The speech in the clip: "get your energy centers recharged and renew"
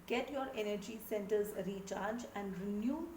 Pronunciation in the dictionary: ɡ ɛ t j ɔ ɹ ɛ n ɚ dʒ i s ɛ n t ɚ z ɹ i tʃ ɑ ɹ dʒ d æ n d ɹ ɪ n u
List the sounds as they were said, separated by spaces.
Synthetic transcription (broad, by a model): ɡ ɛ t j ɔ ɹ ɛ n ɚ dʒ i s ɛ n t ɚ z ɹ i tʃ ɑ ɹ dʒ æ n d ɹ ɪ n u